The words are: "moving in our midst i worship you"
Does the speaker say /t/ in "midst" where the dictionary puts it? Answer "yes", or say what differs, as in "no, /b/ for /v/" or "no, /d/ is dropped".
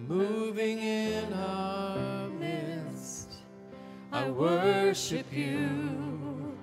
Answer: yes